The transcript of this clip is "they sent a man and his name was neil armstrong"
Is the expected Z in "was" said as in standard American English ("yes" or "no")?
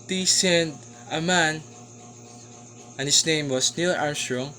no